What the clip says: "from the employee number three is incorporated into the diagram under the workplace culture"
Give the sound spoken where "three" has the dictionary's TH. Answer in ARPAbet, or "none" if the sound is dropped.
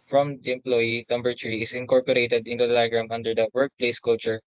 T